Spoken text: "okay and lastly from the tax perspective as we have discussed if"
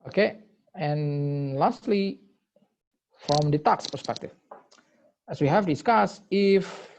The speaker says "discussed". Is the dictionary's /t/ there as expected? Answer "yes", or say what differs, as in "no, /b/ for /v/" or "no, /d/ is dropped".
no, /t/ is dropped